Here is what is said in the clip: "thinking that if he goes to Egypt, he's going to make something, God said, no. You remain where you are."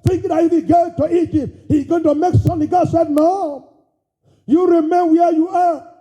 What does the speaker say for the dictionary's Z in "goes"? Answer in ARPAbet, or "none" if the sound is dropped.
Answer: none